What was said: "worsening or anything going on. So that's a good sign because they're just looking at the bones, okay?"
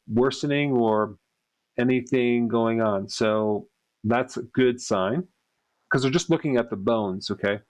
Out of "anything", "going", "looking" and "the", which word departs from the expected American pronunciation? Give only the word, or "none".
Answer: none